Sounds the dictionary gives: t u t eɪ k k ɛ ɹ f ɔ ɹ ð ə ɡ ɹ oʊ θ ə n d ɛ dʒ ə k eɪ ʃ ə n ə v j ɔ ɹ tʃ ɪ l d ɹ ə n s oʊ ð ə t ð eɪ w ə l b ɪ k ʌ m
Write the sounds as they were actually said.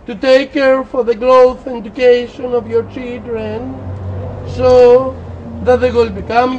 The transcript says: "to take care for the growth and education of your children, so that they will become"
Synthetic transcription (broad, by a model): t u t eɪ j k ɛ ɹ f ɔ ɹ ð ə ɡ l oʊ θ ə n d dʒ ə k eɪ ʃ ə n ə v j ɔ ɹ tʃ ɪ l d ɹ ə n s oʊ ð ə t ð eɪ w ə l b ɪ k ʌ m